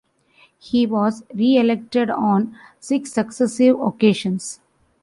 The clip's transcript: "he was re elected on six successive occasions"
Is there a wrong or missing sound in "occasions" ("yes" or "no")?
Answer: yes